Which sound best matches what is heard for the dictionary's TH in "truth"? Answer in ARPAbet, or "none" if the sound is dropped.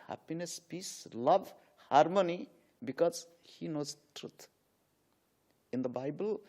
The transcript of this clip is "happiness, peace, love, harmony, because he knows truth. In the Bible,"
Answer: T